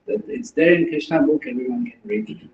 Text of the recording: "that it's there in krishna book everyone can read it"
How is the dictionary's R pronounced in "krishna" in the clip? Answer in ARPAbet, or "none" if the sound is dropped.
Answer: none